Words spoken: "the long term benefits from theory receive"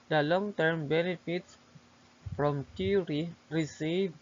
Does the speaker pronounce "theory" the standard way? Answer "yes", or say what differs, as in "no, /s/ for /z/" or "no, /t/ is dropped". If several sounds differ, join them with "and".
no, /t/ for /θ/